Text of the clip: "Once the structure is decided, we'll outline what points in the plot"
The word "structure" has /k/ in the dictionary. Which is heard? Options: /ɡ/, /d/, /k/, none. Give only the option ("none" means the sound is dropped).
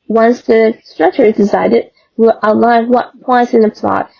/k/